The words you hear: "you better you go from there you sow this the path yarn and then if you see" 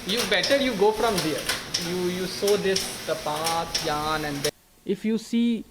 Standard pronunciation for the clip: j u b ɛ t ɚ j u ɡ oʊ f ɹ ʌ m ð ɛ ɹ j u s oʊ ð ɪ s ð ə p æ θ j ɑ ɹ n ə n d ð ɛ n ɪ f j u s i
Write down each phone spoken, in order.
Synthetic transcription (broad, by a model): j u b ɛ t ɚ j u ɡ oʊ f ɹ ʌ m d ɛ ɹ j u s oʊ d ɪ s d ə p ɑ t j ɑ n ə n d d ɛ ɪ f j u s i